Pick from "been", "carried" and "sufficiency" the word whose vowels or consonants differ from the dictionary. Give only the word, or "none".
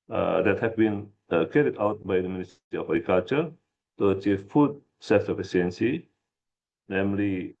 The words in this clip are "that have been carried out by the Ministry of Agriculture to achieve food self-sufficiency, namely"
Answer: sufficiency